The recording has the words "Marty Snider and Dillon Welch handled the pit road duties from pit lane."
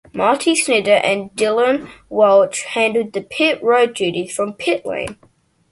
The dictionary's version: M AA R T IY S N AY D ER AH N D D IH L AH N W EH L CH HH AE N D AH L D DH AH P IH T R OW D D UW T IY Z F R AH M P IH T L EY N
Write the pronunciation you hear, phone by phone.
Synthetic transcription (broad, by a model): M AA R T IY S N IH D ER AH N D D IH L AH N W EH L CH HH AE N D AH D DH AH P IH T R OW D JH UW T IY F R AH M P IH T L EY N